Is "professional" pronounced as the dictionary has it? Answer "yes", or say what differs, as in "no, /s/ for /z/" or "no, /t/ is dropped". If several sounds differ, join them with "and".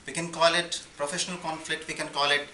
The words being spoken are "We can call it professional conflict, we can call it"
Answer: yes